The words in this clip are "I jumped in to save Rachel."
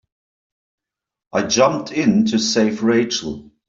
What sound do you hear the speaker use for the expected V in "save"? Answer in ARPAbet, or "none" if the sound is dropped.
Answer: F